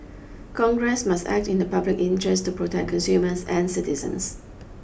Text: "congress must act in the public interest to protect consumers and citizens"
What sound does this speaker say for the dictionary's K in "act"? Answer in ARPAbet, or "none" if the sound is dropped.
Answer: K